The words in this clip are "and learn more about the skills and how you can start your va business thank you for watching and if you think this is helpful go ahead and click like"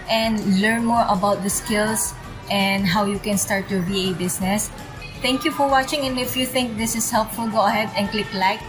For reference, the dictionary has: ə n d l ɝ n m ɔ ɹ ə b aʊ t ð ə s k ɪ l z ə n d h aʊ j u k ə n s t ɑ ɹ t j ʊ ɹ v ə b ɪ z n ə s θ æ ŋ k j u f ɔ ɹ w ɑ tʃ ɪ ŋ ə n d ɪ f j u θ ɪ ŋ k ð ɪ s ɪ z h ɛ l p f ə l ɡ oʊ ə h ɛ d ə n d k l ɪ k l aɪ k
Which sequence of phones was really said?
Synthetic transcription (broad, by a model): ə n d l ɝ n m ɔ ɹ ə b aʊ t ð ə s k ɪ l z ə n d h aʊ j u k ə n s t ɑ ɹ t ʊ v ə b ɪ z n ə s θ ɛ ŋ k j u f ɔ ɹ w ɑ tʃ ɪ ŋ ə n ɪ f j u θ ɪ ŋ k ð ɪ s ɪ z h ɛ l p f ə l ɡ oʊ ə h ɛ d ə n k l ɪ k l aɪ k